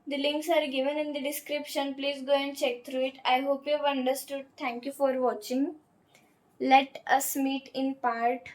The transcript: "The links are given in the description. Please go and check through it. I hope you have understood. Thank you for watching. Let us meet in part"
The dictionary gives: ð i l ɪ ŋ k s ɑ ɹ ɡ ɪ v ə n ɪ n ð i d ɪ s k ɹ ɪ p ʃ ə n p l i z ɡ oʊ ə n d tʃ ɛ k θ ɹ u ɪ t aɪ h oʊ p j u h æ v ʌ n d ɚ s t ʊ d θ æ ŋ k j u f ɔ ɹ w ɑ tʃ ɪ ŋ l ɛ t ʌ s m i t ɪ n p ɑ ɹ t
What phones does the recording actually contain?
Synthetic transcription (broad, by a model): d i l ɪ ŋ k s ɑ ɹ ɡ ɪ v ə n ɪ n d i d ɪ s k ɹ ɪ p ʃ ə n p l i z ɡ oʊ ə n d tʃ ɛ k t ɹ u ɪ t aɪ h oʊ p j u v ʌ n d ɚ s t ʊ d t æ ŋ k j u f ɔ ɹ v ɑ tʃ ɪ ŋ l ɛ t ʌ s m i t ɪ n p ɑ ɹ t